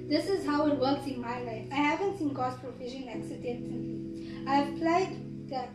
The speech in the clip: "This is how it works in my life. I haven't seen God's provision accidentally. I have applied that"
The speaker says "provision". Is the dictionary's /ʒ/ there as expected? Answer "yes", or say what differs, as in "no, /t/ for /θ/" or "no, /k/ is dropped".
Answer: no, /ʃ/ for /ʒ/